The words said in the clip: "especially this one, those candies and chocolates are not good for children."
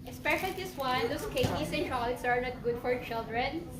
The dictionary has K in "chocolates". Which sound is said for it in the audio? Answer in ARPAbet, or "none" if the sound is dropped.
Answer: none